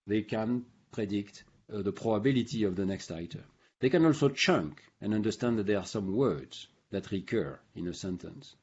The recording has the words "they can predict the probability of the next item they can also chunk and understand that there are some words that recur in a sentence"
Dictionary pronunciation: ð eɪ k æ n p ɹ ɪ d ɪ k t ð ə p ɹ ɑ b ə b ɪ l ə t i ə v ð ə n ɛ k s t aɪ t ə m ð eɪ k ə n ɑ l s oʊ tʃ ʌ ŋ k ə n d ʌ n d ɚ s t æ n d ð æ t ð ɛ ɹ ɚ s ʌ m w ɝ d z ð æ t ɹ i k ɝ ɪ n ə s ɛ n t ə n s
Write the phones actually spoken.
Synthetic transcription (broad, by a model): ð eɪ k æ n p ɹ ɪ d ɪ k t ð ə p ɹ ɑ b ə b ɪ l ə t i ə v ð ə n ɛ k s t aɪ t ə m ð eɪ k ə n ɑ l s oʊ tʃ ʌ ŋ k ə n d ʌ n d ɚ s t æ n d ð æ t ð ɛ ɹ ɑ s ʌ m w ɝ d z ð æ t ɹ i k ɝ ɪ n ə s ɛ n t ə n s